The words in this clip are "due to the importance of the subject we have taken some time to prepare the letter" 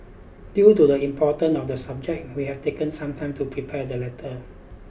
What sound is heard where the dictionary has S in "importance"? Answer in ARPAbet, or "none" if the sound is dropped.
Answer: none